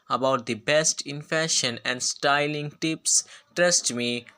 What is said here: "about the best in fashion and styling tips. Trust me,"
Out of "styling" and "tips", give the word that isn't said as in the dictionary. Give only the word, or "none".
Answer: none